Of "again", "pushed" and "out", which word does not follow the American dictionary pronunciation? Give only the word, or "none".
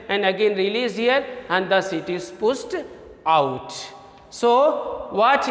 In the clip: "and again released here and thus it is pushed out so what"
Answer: pushed